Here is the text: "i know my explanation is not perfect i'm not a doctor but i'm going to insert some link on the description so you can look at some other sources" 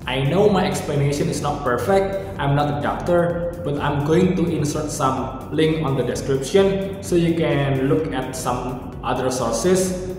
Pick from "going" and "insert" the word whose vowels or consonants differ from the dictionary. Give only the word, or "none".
none